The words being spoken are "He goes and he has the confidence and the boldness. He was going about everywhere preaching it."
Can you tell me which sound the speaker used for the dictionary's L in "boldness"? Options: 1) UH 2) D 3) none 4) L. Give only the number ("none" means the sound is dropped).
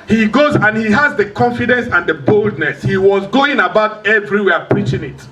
4